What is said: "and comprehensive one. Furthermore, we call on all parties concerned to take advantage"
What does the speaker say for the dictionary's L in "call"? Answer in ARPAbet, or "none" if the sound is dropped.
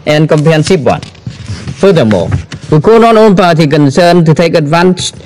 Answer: N